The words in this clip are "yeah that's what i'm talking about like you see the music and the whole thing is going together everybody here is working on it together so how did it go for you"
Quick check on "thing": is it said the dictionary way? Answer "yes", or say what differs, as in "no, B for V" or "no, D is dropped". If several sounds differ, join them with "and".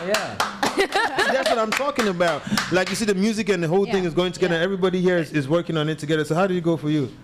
yes